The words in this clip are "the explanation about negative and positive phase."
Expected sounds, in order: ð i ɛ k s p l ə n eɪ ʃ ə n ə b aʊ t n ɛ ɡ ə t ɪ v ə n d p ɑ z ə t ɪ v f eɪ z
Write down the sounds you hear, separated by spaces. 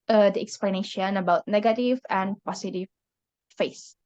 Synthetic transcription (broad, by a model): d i ɛ k s p l ə n eɪ ʃ ə n ə b aʊ t n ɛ ɡ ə t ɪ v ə n p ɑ s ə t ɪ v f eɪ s